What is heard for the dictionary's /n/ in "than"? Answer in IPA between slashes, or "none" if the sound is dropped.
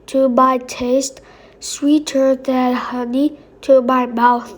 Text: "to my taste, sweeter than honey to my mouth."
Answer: /l/